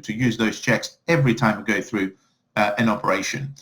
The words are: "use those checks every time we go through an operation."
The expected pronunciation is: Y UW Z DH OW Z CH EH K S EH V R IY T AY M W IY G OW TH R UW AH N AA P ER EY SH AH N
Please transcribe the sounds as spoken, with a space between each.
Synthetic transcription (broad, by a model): Y UW Z DH OW Z CH EH K S EH V R IY T AY M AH G OW TH R UW AH N AA P ER EY SH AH N